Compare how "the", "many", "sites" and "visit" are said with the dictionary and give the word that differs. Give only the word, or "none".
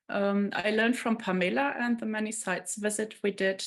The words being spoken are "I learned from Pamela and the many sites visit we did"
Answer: none